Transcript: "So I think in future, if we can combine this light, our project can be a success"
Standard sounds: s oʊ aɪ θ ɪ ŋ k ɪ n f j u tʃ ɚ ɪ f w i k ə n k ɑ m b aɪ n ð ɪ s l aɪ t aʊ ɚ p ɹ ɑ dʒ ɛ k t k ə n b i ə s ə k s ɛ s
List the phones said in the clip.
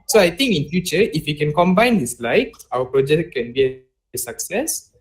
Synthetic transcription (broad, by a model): s oʊ aɪ t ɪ ŋ k ɪ n f j u tʃ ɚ ɪ f w i k ə n k ɑ m b aɪ n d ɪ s l aɪ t aʊ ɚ p ɹ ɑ dʒ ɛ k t k ə n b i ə s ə k s ɛ s